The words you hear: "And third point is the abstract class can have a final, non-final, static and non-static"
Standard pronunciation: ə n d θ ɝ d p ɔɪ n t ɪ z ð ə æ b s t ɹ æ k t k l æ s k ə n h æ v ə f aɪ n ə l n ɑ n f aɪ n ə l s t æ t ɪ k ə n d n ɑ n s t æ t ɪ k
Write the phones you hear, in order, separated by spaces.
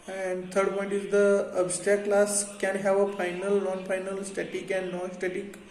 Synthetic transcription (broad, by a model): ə n d t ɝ d p ɔɪ n t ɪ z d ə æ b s t æ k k l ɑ s k ə n h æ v ə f aɪ n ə l n ɑ n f aɪ n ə l s t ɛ t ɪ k ə n d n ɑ s t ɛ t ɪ k